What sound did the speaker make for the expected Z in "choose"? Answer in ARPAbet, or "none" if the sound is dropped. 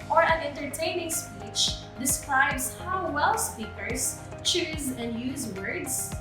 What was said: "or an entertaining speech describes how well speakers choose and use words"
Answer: Z